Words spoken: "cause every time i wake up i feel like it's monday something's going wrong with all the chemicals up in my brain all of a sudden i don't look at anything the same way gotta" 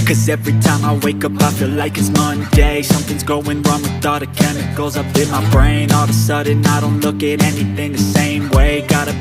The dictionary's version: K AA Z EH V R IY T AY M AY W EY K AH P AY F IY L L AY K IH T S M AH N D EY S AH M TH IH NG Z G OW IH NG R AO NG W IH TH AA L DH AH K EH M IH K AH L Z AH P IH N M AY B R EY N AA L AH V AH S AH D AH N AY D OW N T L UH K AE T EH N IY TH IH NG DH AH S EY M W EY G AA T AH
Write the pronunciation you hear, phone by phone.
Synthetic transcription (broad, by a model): K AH Z EH V R IY T AY M AY W EY K AH P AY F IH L L AY K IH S M AH N D EY S AH M TH IH NG Z G OW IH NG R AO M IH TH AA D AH K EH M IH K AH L Z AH B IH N M AY B R EY N AA L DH AH S AH D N AY D OW N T L UH K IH T EH N IY TH IH NG DH AH S EY M W EY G AA T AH